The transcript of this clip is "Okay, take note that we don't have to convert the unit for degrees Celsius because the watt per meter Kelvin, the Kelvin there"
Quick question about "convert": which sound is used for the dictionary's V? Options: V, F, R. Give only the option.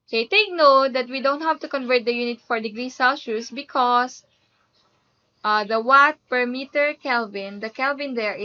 V